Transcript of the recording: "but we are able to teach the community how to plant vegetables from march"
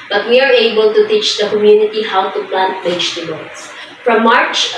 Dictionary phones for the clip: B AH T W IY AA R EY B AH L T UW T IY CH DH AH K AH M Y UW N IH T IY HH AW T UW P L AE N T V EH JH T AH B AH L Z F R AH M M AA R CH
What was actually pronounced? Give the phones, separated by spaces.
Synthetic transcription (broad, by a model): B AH T W IY AA R EY B AH L T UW T IY CH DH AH K AH M Y UW N IH T IY HH AW T UW P L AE N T B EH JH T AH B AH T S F R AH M M AA R CH